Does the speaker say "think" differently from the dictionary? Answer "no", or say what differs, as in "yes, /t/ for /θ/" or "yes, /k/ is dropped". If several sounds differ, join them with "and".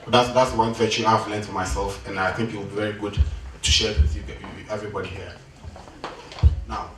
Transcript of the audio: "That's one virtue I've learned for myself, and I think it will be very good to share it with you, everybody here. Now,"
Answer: no